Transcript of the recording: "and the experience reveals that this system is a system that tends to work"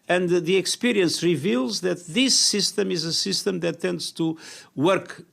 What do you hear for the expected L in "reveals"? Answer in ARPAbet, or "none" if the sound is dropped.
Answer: L